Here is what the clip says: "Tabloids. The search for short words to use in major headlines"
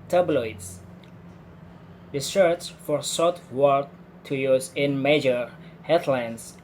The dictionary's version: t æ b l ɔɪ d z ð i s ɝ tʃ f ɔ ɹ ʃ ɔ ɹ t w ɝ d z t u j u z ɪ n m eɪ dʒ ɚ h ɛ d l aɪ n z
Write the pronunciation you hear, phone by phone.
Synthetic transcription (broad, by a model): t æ b l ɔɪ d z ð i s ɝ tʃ f ɔ ɹ s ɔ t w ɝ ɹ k t u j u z ɪ n m eɪ dʒ ɚ h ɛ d l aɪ n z